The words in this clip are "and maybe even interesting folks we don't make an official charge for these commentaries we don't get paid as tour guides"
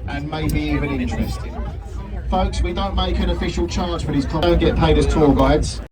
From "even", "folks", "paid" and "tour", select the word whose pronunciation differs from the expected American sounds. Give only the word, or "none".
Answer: tour